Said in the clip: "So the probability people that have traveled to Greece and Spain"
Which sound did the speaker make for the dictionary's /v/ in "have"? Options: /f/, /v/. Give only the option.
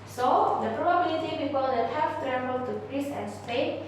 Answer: /f/